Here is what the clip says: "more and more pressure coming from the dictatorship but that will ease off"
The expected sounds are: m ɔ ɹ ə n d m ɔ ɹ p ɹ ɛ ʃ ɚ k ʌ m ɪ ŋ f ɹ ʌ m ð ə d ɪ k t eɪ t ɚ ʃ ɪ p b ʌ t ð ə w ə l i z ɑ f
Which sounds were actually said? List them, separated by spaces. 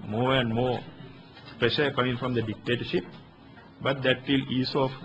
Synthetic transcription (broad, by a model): m ɔ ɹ ə n d m ɔ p ɹ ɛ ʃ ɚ k ʌ m ɪ ŋ f ɹ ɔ m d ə d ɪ k t eɪ t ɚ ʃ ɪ p b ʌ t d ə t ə l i s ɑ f